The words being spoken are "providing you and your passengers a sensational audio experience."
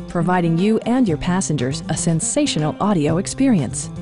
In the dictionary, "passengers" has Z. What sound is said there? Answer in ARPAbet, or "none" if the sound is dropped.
Z